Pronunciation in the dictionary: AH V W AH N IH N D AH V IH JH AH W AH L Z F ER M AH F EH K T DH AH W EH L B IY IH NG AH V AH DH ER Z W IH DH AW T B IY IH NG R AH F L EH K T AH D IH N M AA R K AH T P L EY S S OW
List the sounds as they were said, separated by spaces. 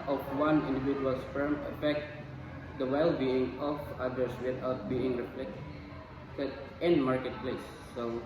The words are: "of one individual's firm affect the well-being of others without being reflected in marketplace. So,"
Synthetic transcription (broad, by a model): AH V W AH N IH N D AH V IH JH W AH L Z F ER M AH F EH K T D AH W EH L B IY IH NG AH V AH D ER S W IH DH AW T B IY IH NG R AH P L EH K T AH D IH N M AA R K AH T P L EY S S OW